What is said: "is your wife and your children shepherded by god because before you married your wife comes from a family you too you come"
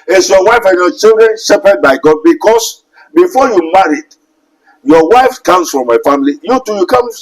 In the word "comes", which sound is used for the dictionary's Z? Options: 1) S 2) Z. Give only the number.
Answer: 1